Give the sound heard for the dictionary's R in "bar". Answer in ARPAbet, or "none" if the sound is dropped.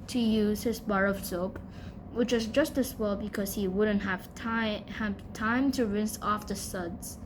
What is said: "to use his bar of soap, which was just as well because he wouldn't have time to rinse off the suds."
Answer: R